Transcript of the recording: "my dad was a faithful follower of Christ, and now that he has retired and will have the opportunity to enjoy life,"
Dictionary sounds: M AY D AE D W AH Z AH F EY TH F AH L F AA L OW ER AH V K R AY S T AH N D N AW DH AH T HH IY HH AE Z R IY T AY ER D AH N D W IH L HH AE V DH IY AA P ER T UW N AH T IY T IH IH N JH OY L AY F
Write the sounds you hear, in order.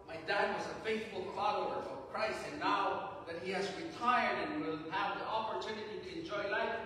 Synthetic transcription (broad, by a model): M AY D AE D W AH Z AH F EY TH F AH L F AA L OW ER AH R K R AY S AH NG N AW DH AH T HH IY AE Z R IY T AY ER D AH N W IH L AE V DH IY AA P ER T UW N AH T IY T IH IH N JH OY L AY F